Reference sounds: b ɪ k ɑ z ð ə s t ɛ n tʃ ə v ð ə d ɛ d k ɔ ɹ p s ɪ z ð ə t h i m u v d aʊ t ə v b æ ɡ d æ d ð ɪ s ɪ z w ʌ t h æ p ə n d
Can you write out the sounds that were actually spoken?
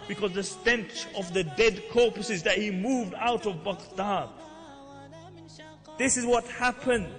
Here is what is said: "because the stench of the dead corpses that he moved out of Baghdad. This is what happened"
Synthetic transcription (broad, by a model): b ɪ k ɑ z ð ə s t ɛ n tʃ ə v ð ə d ɛ d k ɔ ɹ p s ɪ z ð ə t h i m u v d aʊ t ə v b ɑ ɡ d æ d ð ɪ s ɪ z w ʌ t h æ p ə n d